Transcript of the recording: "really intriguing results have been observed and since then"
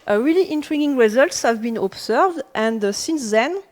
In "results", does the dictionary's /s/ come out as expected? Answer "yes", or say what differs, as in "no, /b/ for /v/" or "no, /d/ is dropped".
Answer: yes